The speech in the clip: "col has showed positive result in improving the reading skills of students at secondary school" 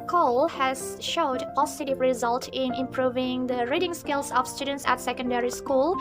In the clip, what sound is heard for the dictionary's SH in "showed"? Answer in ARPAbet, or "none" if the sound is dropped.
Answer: SH